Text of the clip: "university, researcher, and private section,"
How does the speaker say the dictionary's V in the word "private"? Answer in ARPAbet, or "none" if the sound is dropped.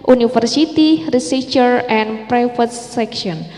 F